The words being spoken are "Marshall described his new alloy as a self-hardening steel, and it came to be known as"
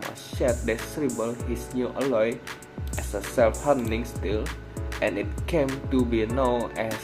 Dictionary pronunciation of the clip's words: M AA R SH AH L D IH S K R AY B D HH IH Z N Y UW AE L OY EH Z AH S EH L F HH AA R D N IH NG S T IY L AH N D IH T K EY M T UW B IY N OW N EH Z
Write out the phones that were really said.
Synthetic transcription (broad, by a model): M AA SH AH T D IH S R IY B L HH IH S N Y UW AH L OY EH S AH S EH L F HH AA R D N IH NG S T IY L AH N IH T K EY M T UW B IY N OW N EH